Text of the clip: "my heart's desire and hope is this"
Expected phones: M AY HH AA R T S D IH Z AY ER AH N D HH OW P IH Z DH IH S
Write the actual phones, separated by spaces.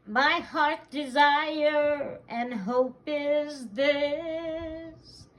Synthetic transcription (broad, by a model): M AY HH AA R T D IH Z AY ER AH N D HH OW P IH Z DH IH S